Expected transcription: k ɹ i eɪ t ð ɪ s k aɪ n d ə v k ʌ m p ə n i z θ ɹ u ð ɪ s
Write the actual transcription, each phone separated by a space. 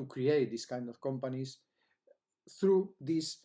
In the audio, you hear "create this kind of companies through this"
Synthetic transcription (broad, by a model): k ɹ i eɪ t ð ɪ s k aɪ n d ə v k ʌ m p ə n i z θ ɹ u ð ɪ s